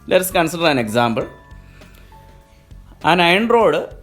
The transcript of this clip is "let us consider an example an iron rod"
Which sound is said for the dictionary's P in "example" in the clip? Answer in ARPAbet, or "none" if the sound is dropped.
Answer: B